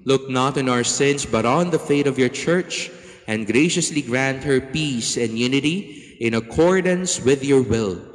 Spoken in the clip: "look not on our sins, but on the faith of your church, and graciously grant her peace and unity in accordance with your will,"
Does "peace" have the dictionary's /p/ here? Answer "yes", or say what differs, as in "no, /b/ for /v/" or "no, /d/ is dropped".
yes